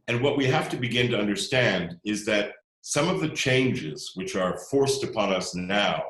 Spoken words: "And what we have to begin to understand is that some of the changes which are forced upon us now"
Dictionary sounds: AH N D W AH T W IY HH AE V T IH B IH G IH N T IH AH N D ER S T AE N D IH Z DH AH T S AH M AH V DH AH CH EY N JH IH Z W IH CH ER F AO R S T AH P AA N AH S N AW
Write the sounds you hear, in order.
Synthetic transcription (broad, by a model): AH N W AH T W IY HH AE F T IH B IH G IH N T IH AH N D ER S T AE N D IH Z DH AH T S AH M AH V DH AH CH EY N JH IH Z W IH CH ER F AO R S T AH P AA N AH S N AW